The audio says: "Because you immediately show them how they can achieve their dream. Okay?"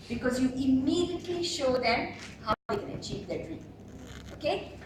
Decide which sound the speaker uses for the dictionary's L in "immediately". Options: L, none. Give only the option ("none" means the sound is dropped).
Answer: L